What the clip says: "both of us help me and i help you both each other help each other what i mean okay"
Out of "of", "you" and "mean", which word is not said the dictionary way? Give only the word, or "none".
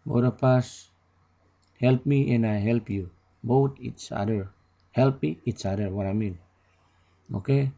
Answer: of